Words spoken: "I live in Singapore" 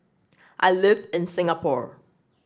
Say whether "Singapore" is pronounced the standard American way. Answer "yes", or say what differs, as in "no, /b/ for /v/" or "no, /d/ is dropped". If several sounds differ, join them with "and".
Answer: yes